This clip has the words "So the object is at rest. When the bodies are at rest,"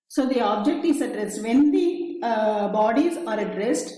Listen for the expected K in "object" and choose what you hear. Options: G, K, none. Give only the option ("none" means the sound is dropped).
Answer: K